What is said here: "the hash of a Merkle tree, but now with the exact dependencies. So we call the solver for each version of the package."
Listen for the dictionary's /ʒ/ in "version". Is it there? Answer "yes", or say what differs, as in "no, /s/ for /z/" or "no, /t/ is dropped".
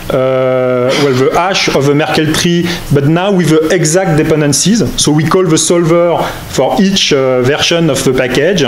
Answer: no, /ʃ/ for /ʒ/